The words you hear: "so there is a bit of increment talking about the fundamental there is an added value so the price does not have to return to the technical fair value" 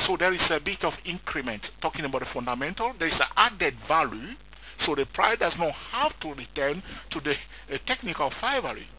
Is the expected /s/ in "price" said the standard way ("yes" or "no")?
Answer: no